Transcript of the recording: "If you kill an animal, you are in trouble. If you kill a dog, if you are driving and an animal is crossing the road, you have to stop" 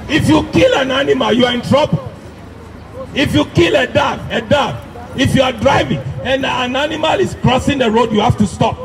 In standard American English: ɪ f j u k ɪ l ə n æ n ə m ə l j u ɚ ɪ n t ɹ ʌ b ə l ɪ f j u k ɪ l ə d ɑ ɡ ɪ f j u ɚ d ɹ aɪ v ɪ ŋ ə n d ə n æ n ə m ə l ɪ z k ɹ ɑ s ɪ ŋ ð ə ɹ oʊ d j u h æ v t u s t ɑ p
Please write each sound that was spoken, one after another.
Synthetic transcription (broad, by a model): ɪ f j u k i l ə n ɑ n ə m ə l j u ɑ ɪ n t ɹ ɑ b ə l ɪ f j u k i l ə d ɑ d ɪ f j u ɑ d ɹ aɪ v ɪ ŋ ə n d ə n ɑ n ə m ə l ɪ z k ɹ ɑ s ɪ ŋ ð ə ɹ oʊ d j u h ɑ f t u s t ɑ p